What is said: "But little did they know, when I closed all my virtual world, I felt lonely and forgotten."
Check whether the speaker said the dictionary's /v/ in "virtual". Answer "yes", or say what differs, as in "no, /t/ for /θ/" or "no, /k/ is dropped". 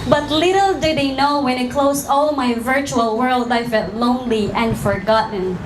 yes